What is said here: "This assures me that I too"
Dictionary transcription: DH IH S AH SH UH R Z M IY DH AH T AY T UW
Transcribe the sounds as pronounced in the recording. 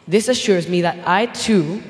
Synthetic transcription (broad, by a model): DH IH S AH SH UH R Z M IY DH AH T AY T UW